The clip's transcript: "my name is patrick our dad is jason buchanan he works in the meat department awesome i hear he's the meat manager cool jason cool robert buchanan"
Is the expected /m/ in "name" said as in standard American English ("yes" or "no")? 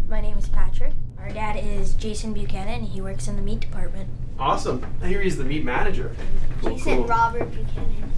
yes